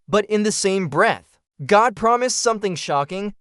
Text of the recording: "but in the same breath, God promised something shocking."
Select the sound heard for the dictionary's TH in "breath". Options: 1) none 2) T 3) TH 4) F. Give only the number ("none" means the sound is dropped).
3